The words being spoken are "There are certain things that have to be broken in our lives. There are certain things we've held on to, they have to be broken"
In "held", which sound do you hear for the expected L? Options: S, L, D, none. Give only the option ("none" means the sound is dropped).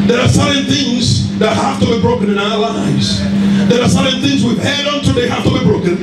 none